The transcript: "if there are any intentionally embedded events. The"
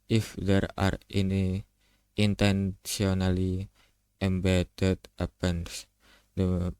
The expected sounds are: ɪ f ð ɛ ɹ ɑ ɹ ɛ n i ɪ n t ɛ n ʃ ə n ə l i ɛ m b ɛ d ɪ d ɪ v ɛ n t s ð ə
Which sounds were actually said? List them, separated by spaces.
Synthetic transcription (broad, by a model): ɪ f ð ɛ ɹ ɑ ɹ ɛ n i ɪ n t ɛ n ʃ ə n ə l i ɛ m b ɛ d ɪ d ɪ p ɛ n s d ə